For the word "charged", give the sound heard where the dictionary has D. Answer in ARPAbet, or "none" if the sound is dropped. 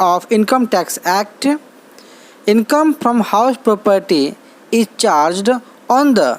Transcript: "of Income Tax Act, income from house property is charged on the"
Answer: D